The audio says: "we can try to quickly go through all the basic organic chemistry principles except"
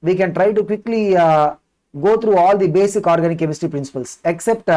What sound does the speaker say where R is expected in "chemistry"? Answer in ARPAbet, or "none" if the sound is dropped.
none